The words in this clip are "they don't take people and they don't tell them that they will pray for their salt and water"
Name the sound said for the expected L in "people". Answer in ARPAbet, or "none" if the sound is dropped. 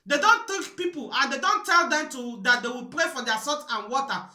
L